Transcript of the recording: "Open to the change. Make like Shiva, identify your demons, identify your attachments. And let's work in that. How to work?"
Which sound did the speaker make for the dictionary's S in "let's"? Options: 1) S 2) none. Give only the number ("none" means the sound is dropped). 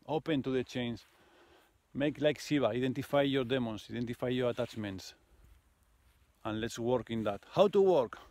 1